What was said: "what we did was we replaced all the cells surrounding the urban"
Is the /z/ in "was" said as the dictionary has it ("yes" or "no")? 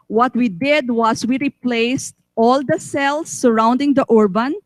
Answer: no